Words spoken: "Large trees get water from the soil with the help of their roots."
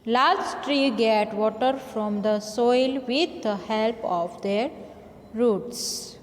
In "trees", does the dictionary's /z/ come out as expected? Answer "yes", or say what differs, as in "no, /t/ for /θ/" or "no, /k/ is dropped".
no, /z/ is dropped